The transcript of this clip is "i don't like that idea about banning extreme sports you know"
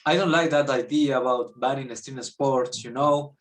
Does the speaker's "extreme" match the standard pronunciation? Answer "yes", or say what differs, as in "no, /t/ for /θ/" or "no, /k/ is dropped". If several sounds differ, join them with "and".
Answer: no, /k/ is dropped and /ɹ/ is dropped